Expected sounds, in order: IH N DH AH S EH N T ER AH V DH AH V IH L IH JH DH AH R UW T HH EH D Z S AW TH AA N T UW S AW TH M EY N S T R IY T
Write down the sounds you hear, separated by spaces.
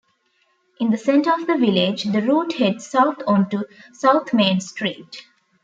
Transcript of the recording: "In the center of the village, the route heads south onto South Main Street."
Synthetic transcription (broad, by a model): IH N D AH S EH N T ER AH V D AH V IH L IH JH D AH R UW T HH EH D S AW T AA N T UW S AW T M EY N S T R IY T